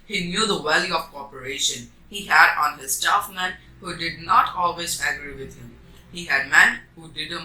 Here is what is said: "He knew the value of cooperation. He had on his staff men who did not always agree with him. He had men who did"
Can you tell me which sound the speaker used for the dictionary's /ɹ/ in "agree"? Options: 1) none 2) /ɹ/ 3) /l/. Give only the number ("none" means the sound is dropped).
2